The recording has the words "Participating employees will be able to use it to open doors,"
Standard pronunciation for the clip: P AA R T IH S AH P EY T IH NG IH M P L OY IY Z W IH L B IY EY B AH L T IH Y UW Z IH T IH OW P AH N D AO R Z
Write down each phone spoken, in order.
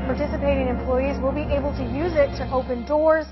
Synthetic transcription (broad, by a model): P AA R T IH S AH P EY T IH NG IH M P L OY IY Z W IH L B IY EY B AH L T IH Y UW Z IH T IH OW P AH N D AO R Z